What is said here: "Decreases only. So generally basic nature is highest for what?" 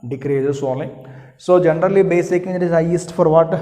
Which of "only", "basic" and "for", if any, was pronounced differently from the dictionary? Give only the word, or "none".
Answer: only